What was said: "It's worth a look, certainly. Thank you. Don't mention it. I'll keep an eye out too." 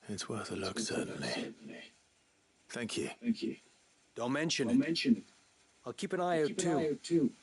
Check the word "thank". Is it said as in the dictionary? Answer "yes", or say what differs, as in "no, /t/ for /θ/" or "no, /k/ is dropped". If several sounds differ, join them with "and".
yes